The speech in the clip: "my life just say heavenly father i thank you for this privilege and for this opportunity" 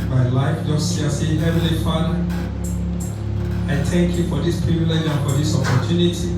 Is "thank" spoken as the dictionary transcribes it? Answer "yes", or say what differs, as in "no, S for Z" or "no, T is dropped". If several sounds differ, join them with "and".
no, T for TH